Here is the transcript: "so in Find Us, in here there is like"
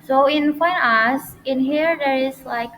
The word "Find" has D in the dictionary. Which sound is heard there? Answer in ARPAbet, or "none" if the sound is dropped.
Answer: none